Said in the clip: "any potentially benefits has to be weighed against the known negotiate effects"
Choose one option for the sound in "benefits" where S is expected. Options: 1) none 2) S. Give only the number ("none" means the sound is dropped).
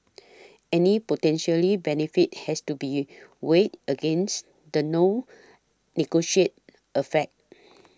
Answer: 1